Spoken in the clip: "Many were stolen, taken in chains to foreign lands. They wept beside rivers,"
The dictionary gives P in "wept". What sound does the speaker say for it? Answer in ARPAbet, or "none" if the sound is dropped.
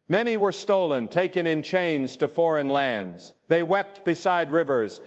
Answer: P